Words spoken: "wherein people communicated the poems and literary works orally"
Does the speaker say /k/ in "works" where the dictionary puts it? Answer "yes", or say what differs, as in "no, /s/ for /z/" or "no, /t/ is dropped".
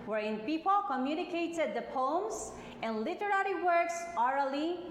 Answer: yes